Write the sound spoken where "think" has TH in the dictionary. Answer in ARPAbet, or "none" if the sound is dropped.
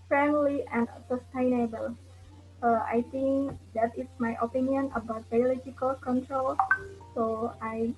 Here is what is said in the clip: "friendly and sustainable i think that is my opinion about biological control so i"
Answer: T